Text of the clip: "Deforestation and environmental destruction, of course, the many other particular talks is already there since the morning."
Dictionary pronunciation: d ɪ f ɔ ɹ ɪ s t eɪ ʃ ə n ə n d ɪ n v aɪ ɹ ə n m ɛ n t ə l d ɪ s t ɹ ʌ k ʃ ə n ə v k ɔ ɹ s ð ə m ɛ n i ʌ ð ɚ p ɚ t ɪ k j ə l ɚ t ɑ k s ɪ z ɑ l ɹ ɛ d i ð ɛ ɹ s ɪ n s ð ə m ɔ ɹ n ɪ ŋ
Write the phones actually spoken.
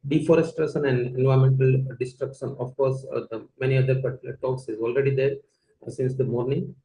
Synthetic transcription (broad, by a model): d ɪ f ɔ ɹ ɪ s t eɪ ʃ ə n ə n d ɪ n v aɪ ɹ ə m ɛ n t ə l d ɪ s t ɹ ʌ k ʃ ə n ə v k ɔ ɹ s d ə m ɛ n i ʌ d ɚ p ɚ t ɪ j l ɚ t ɑ k s ɪ z ɑ l ɹ ɛ d i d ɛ ɹ s ɪ n s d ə m ɔ ɹ n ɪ ŋ